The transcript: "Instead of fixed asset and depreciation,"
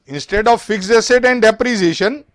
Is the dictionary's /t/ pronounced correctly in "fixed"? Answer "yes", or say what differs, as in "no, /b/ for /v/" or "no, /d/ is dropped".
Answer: no, /t/ is dropped